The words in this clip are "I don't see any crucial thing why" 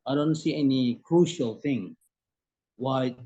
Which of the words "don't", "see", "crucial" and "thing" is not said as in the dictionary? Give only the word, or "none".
none